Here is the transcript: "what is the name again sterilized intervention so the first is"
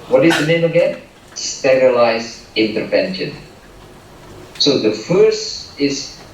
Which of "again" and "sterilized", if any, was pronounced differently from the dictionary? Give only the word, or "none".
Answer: sterilized